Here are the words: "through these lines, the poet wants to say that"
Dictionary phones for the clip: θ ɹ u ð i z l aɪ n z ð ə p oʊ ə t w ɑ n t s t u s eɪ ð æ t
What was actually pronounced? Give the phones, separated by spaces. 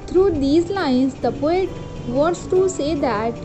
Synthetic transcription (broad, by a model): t ɹ u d i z l aɪ n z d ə p oʊ ə t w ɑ t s t u s eɪ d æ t